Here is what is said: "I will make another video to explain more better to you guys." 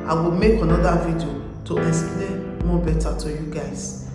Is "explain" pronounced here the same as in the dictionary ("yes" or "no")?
no